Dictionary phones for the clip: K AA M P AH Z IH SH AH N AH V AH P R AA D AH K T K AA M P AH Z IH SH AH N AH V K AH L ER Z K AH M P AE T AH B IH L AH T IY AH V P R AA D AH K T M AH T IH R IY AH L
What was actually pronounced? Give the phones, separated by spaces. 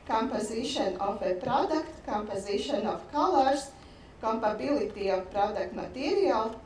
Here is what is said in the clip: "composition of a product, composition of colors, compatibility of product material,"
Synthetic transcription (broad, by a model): K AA M P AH Z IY SH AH N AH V AH P R AA D AH K T K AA M P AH Z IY SH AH N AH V K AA L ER S K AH M P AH B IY L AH T IY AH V P R AA D AH K T M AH T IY R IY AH L